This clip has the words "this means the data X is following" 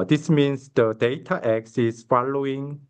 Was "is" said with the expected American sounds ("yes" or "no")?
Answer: no